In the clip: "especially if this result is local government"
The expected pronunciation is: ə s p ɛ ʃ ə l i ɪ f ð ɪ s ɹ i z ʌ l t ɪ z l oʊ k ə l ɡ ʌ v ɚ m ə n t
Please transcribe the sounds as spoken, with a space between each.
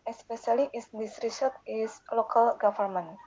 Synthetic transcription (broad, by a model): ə s p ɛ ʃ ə l i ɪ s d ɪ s ɹ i s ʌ t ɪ s l oʊ k ə l ɡ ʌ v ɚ m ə n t